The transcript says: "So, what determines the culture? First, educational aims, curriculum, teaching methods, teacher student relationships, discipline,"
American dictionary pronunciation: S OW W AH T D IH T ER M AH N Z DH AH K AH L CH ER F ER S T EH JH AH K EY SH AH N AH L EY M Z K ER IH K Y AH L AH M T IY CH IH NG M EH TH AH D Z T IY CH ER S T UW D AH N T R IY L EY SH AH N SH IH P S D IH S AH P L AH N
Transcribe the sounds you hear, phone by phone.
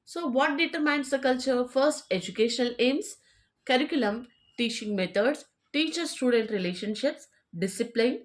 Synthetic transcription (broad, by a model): S OW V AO T D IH T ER M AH N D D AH K AH L CH ER F ER S T EH JH AH K EY SH AH N AH L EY M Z K ER IH K Y AH L AH M T IY CH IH NG M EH T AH D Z T IY CH ER S T UW D AH N T R IY L EY SH AH N SH IH P S D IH S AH P L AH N